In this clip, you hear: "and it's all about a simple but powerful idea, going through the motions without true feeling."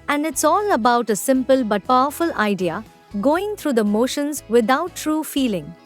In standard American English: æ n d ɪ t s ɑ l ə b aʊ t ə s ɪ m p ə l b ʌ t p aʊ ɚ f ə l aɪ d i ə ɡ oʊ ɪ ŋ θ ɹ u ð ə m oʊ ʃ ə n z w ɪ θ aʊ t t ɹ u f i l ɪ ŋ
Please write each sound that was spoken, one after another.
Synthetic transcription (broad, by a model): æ n d ɪ t s ɑ l ə b aʊ t ə s ɪ m p ə l b ʌ t p aʊ ɚ f ə l aɪ d i ə ɡ oʊ ɪ ŋ t ɹ u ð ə m oʊ ʃ ə n z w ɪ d aʊ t t ɹ u f i l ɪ ŋ